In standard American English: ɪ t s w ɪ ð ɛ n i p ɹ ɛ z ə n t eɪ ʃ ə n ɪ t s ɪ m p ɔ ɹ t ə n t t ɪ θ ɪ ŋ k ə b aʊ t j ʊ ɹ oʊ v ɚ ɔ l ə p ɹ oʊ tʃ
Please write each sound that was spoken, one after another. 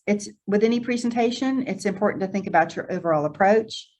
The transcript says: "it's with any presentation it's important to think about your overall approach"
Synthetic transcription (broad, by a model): ɪ t s w ɪ ð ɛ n i p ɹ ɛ z n t eɪ ʃ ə n ɪ t s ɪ m p ɔ ɹ t n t t ɪ θ ɪ ŋ k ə b aʊ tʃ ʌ ɹ oʊ v ɚ ɔ l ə p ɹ oʊ tʃ